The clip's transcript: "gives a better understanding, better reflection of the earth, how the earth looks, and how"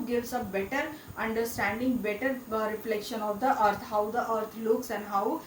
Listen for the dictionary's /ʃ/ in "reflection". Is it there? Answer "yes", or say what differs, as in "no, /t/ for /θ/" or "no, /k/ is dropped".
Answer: yes